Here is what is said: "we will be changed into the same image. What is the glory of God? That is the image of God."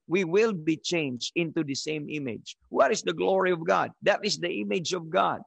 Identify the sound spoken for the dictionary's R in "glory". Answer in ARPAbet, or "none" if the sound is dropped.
R